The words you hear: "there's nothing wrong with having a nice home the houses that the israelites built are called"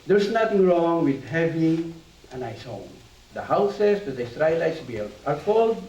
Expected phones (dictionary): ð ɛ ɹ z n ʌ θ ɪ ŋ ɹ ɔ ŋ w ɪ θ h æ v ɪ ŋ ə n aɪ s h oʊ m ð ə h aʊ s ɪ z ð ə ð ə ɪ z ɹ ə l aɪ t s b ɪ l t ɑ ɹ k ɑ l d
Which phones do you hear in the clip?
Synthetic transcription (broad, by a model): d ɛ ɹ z n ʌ t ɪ ŋ ɹ ɔ ŋ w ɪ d h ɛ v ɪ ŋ ə n aɪ s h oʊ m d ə h aʊ s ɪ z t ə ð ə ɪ s ɹ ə l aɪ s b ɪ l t ɑ ɹ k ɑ l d